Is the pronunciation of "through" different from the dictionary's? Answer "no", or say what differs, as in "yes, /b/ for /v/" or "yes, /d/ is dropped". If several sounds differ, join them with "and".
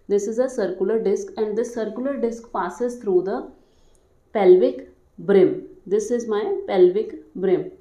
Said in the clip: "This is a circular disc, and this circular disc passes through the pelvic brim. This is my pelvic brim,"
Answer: yes, /t/ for /θ/